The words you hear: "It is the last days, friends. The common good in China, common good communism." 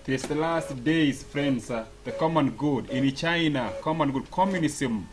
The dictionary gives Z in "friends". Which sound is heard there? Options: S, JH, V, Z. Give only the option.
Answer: S